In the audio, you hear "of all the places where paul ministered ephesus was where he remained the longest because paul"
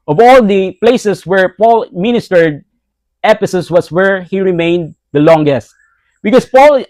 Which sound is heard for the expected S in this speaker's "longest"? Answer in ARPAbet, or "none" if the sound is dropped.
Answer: S